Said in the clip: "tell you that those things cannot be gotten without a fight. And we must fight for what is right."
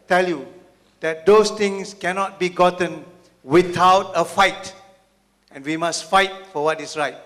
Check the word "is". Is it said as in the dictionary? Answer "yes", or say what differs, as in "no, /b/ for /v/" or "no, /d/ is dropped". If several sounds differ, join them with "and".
no, /s/ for /z/